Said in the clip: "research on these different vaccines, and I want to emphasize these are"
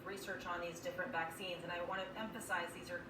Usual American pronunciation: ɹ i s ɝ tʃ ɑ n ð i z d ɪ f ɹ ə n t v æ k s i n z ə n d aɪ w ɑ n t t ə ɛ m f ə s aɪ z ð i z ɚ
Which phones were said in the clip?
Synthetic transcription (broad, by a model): ɹ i s ɝ tʃ n ð i z d ɪ f ɹ ə n t v æ k s i n z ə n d aɪ w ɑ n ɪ t ɛ m f ə s aɪ z ð i z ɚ